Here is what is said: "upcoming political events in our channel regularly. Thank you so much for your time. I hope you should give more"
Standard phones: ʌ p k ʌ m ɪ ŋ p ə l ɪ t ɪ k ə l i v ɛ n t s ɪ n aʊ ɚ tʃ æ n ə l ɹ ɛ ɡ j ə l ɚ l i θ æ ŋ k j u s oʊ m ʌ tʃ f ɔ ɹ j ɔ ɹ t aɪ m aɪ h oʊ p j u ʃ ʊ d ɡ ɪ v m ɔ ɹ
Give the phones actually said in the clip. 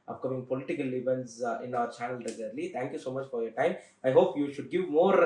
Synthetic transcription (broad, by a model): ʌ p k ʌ m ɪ ŋ p ə l ɪ t ɪ k ə l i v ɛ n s ɪ n aʊ ɚ tʃ æ n ə l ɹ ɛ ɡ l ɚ l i t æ ŋ k j u s oʊ m ʌ tʃ f ɔ ɹ j ɔ ɹ t aɪ m aɪ h oʊ p j u ʃ ʊ d ɡ ɪ v m ɔ ɹ